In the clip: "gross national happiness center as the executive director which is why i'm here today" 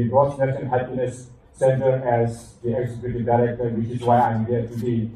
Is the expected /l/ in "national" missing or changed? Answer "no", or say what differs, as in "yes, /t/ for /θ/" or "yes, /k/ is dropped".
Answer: yes, /n/ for /l/